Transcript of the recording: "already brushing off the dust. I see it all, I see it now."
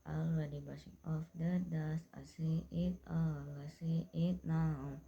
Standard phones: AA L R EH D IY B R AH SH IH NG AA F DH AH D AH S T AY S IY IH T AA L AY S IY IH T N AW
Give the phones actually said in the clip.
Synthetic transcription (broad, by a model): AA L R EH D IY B AH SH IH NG AA F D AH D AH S AY S IY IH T AA L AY S IY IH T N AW